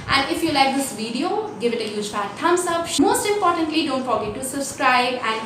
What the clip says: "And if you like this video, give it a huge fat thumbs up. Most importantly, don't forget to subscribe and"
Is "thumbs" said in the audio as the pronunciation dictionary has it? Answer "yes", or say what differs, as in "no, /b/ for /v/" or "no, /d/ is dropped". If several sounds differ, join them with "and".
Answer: no, /t/ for /θ/ and /s/ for /z/